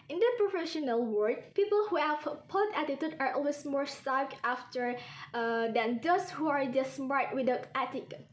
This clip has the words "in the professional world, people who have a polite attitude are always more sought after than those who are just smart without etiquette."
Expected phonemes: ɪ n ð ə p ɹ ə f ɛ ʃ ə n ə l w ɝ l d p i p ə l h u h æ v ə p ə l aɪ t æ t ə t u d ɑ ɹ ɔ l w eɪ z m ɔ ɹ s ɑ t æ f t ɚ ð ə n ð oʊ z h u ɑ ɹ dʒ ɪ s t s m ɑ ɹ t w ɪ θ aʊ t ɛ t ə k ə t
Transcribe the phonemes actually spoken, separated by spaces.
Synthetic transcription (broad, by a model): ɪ n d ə p ɹ ə f ɛ ʃ ə n ə l w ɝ d p i p ə l h u h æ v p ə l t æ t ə t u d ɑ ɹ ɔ l w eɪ s m ɔ ɹ s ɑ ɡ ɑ f t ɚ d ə n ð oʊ s h u ɑ ɹ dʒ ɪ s s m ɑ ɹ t w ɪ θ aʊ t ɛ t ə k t